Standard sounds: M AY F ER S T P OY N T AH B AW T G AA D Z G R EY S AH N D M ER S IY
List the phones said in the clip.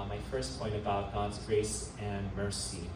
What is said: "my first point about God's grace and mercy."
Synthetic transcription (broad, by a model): M AY F ER S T P OY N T AH B AW T G AA D Z G R EY S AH N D M ER S IY